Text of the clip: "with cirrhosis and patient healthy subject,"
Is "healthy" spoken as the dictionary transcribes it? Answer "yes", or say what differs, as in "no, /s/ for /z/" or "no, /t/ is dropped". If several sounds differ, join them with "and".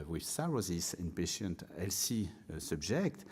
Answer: no, /s/ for /θ/